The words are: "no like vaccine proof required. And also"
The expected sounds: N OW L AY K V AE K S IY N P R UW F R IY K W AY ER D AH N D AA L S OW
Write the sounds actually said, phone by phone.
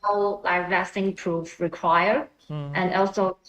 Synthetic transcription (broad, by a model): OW L AY K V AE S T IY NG P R UW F R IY K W AY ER AH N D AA L S OW